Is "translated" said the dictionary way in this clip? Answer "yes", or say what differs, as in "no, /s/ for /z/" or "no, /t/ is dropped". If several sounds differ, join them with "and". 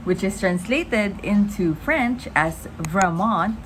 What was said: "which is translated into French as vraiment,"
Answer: yes